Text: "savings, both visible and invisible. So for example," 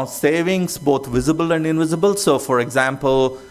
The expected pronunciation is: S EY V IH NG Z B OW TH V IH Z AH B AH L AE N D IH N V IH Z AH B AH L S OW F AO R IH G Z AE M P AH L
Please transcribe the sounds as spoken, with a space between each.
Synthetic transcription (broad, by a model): S EY V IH NG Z B OW T V IH Z AH B AH L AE N D IH N V IH Z AH B AH L S OW F AO R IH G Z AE M P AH L